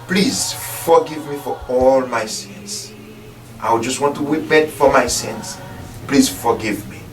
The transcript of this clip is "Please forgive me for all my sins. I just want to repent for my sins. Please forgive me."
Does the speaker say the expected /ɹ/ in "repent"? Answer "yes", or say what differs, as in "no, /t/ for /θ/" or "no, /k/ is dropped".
no, /w/ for /ɹ/